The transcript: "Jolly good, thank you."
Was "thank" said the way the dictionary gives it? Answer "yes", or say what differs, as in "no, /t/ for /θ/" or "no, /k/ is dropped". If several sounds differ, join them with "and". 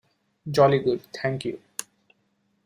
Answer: no, /t/ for /θ/